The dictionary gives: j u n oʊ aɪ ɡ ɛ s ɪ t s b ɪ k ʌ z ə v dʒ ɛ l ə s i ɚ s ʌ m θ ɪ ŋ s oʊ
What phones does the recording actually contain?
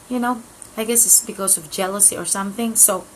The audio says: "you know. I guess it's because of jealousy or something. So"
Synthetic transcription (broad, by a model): j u n oʊ aɪ ɡ ɛ s ɪ t s b ɪ k ʌ z ə v dʒ ɛ l ə s i ɚ s ʌ m θ ɪ ŋ s oʊ